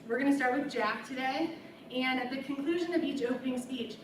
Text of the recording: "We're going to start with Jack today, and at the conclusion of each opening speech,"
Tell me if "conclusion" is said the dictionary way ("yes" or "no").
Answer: yes